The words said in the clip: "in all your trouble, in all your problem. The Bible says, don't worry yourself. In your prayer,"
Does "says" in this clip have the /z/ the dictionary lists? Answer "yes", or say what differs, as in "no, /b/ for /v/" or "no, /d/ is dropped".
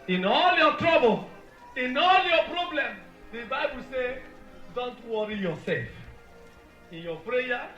no, /z/ is dropped